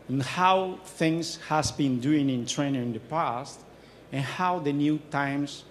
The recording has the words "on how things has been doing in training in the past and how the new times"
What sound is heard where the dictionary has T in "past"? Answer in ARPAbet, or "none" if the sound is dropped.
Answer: T